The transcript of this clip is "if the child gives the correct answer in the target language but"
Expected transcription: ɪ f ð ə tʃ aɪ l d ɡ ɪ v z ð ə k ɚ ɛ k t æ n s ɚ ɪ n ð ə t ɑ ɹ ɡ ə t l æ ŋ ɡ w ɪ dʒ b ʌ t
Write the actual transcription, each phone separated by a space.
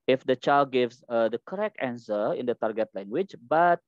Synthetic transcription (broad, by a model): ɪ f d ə tʃ aɪ l d ɡ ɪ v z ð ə k ɚ ɛ k t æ n s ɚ ɪ n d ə t ɑ ɹ ɡ ə t l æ ŋ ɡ w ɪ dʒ b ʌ t